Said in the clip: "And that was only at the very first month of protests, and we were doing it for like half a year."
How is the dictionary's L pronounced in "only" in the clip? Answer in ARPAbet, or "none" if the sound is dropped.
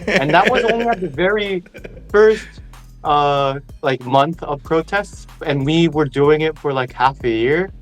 W